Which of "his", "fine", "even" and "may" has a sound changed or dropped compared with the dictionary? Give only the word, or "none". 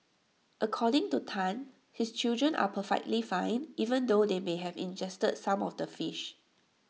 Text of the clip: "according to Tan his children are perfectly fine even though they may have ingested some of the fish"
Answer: his